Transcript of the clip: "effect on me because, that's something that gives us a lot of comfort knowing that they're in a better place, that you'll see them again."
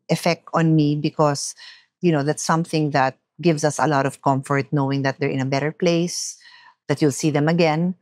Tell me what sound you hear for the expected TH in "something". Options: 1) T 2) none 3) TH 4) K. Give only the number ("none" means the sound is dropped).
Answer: 3